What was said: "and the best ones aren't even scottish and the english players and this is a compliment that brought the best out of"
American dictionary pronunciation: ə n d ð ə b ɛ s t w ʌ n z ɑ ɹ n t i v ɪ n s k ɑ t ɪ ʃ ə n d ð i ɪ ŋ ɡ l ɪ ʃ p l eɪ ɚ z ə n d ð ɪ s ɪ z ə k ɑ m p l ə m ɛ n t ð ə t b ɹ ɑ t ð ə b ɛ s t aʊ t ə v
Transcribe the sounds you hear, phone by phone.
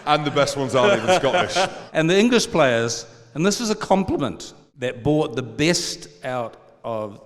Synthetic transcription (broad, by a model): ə n ð ə b ɛ s t w ʌ n z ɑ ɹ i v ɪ s k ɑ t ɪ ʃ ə n ð i ɪ ŋ ɡ l ɪ ʃ p l eɪ ɚ z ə n ð ɪ s ɪ z ə k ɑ m p l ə m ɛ n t ð ə t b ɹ ɑ t ð ə b ɛ s t aʊ t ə v